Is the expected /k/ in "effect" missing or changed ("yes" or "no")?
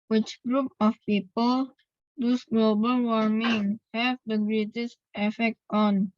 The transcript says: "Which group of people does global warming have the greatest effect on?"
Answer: no